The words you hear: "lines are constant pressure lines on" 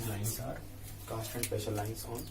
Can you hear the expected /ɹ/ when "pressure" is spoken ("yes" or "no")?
no